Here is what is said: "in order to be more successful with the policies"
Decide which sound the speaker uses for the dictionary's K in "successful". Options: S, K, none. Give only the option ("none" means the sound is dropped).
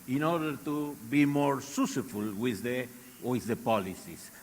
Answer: none